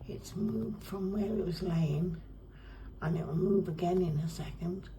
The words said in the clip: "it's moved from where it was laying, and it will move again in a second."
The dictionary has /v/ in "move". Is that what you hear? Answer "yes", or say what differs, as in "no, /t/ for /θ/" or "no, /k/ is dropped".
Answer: no, /b/ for /v/